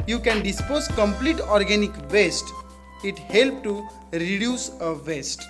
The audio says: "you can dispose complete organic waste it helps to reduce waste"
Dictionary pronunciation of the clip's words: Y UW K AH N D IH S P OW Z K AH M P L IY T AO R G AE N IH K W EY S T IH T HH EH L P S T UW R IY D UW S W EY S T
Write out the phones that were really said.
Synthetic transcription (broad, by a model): Y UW K AH N D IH S P OW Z K AH M P L IY T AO R G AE N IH K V EY S T IH T HH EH L P T UW R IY D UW S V EY S T